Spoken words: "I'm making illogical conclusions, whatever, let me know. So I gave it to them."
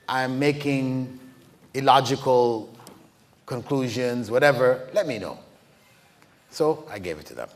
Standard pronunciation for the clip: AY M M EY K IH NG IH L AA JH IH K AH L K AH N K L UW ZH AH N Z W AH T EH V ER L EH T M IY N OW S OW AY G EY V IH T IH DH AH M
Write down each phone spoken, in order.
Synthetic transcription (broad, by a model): AY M M EY K IH NG IH L AA JH IH K AH L K AH N K L UW ZH AH N Z W AH T EH V ER L EH T M IY N OW S OW AY G EY V IH T IH DH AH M